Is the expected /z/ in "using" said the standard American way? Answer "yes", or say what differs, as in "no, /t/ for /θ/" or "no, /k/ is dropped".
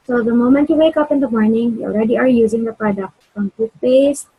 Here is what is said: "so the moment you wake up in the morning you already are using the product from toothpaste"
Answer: yes